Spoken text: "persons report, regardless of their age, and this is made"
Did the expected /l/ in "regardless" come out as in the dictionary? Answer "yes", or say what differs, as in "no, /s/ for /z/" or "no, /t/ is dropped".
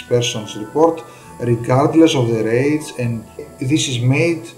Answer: yes